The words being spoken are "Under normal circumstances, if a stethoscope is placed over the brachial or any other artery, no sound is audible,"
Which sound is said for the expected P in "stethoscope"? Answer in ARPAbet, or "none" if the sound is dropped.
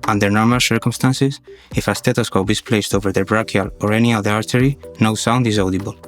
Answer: B